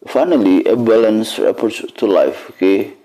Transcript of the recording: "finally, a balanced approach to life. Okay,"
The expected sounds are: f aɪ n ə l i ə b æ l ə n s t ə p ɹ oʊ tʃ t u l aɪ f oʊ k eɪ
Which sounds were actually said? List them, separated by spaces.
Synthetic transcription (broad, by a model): f aɪ n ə l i ə b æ l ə n s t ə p oʊ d t u l aɪ f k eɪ